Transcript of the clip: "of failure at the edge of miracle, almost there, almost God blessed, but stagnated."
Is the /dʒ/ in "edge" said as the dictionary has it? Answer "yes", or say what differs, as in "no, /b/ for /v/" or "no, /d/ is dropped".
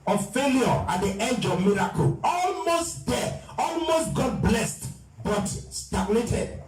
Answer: yes